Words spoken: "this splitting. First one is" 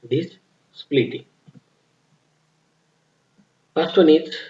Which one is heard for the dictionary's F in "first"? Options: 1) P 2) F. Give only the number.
1